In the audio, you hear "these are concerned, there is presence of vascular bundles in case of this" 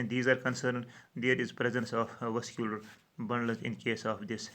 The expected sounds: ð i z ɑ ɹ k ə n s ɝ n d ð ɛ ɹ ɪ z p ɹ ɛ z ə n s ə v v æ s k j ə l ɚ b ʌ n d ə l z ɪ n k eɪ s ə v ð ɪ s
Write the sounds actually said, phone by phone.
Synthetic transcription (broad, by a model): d i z ɑ ɹ k ə n s ɝ n d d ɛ ɹ ɪ z p ɹ ɛ z ə n s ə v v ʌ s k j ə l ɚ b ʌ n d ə z ɪ n k eɪ s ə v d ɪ s